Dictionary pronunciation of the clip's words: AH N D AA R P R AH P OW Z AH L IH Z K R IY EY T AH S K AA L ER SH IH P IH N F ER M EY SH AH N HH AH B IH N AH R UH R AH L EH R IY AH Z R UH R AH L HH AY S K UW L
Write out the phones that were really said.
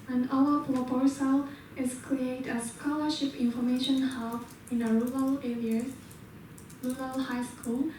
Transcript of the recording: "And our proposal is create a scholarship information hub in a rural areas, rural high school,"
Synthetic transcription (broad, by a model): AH N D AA L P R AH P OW S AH L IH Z K R IY EY T AH S K AA L ER SH IH P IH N F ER M EY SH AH N HH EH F IH N AH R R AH L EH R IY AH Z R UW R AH L HH AY S K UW L